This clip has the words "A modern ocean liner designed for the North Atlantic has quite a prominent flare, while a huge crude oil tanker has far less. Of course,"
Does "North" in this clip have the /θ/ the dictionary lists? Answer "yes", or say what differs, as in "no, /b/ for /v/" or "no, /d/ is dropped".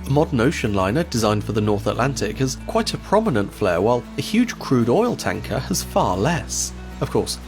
yes